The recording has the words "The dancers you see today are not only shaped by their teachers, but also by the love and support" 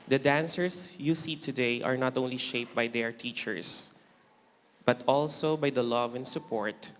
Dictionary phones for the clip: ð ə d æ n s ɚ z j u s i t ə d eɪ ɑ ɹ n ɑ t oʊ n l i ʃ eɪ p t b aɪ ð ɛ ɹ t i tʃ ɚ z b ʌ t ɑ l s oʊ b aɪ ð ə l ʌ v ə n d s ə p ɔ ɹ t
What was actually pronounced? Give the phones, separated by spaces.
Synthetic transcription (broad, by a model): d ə d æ n s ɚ s j u s i t ə d eɪ ɑ ɹ n ɑ t oʊ n l i ʃ eɪ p b aɪ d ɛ ɹ t i tʃ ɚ s b ʌ t ɑ l s oʊ b aɪ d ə l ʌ v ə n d s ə p ɔ ɹ t